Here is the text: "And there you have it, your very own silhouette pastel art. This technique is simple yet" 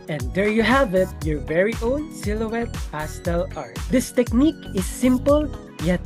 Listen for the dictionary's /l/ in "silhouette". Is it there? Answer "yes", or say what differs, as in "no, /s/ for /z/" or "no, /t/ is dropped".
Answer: yes